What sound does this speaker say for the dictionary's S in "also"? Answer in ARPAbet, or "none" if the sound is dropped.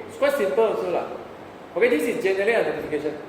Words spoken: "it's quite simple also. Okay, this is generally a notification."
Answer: none